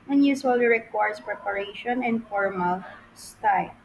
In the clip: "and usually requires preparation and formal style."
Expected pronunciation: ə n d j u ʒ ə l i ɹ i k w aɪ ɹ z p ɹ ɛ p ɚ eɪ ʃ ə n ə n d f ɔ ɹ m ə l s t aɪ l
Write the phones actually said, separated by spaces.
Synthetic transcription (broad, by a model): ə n j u s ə l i ɹ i k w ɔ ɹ s p ɹ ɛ p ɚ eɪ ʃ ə n ə n d f ɔ ɹ m ə l s t aɪ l